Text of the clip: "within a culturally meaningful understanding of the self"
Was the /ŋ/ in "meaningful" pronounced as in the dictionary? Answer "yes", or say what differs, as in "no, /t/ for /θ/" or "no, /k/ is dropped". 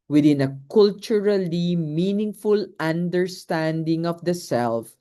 yes